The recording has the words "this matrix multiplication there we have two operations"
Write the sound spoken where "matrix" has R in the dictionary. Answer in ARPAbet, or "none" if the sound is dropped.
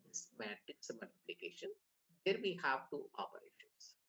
none